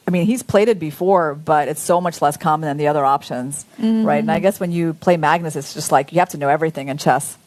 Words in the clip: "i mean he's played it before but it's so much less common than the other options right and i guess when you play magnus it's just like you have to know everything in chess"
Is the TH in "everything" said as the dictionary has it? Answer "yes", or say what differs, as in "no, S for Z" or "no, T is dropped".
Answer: yes